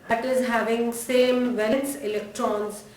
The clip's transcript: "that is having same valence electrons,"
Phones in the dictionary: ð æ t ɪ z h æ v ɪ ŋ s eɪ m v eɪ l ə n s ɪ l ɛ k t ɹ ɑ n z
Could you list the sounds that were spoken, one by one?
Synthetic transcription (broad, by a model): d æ t ɪ z h æ v ɪ ŋ s eɪ m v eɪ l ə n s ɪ l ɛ k t ɹ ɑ n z